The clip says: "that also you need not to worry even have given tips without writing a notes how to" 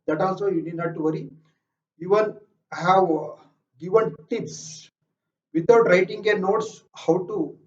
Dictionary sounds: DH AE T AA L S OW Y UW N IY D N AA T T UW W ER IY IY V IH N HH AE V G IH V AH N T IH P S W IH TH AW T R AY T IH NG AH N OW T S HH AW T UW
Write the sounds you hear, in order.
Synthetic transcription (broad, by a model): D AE T AA L S OW Y UW N IY D N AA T T UW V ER IY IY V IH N HH AE V G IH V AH N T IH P S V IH T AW T R AY T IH NG AH N OW T S HH AW T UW